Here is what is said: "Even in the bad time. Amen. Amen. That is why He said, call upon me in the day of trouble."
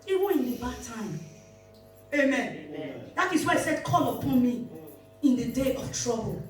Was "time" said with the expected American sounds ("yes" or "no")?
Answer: no